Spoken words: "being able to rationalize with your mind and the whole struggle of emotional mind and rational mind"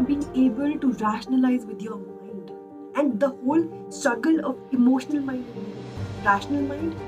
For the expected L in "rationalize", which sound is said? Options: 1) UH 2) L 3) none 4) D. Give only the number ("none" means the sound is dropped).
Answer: 2